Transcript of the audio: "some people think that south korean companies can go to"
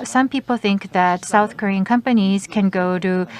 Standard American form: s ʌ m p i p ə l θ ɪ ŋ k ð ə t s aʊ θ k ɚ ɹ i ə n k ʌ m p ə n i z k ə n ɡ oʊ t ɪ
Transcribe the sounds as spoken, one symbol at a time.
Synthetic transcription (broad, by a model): s ʌ m p i p l θ ɪ ŋ k ð ə t s aʊ θ k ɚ ɹ i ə n k ʌ m p ə n i z k ə n ɡ oʊ t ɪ